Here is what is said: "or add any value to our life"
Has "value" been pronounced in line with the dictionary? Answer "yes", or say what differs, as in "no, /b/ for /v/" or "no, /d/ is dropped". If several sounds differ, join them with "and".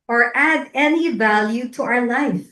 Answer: yes